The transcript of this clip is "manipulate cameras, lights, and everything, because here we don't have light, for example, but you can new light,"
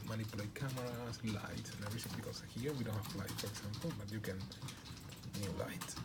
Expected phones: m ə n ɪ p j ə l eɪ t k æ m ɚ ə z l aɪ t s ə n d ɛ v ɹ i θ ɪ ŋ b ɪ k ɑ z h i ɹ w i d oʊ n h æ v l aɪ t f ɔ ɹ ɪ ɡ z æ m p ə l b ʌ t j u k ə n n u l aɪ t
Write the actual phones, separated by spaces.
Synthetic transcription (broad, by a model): m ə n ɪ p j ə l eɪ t k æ m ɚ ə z l aɪ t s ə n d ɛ ɹ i s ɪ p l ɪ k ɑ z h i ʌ w i d oʊ n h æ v l aɪ t f ɔ ɹ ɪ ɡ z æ m p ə l b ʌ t j u k ə n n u l aɪ t